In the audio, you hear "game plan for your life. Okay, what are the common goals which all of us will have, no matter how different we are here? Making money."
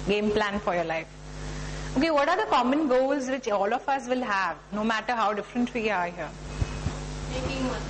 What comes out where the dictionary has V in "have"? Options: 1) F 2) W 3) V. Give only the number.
3